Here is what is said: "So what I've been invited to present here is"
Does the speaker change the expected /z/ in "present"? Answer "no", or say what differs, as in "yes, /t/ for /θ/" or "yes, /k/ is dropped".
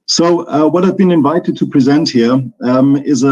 no